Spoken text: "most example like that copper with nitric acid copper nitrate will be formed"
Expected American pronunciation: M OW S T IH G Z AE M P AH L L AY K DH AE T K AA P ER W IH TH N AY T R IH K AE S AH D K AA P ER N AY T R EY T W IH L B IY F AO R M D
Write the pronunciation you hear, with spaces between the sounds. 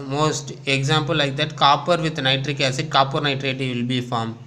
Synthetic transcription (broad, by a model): M OW S T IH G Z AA M P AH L L AY K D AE T K AA P ER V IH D N AY T R IH K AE S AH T K AA P ER N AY T R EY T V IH L B IY F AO R M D